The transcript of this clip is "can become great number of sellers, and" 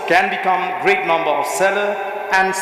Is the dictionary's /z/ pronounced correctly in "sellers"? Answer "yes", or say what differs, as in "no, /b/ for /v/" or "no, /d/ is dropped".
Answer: no, /z/ is dropped